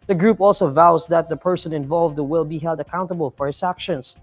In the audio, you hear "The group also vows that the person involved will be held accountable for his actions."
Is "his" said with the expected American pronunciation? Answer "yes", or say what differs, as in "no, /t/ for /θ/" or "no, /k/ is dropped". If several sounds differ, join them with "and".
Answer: no, /s/ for /z/